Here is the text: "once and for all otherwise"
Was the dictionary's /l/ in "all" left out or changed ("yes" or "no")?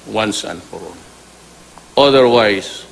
yes